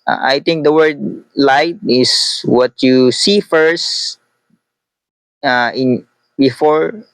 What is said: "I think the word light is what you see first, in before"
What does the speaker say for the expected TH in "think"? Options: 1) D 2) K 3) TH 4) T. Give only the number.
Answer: 4